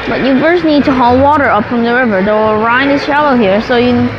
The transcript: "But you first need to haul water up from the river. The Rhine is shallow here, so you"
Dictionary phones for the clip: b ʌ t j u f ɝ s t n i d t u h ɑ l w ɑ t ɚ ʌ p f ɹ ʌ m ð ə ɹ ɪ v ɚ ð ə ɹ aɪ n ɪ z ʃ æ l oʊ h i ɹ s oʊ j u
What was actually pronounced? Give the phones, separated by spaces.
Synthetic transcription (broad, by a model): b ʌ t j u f ɝ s n i d t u h ɑ l w ɑ t ɚ ʌ p f ɹ ʌ m ð ə ɹ ɪ v ɚ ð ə ɹ aɪ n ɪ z ʃ æ l oʊ h i ɹ s oʊ j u